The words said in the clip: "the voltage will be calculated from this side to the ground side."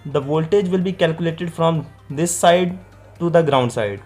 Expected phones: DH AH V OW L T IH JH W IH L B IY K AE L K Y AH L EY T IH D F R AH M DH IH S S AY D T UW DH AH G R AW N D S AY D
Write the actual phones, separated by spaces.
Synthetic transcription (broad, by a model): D AH V OW L T IH JH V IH L B IY K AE L K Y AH L EY T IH D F R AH M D IH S S AY D T UW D AH G R AW N D S AY D